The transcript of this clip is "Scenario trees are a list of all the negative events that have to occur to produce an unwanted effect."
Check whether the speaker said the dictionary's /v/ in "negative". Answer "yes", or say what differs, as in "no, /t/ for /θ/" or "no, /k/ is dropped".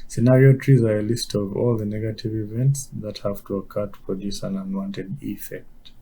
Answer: yes